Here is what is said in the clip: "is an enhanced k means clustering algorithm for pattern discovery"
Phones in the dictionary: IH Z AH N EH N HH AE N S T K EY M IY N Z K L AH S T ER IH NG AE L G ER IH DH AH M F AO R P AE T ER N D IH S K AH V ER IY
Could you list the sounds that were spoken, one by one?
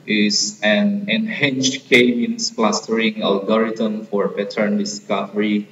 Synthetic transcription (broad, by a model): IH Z AH N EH N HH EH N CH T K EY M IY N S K L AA S T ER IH NG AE L G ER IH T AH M F AO R B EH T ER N D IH S K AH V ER IY